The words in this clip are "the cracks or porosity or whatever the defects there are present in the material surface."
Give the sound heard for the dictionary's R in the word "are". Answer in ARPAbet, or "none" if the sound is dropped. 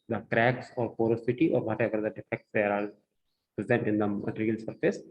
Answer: L